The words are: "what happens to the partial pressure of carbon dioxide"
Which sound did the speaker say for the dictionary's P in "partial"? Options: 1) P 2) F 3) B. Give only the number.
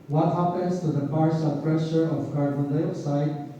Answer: 3